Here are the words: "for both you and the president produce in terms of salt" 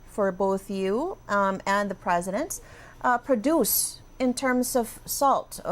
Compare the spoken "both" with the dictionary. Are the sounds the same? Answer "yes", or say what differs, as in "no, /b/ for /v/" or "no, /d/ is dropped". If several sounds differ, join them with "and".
yes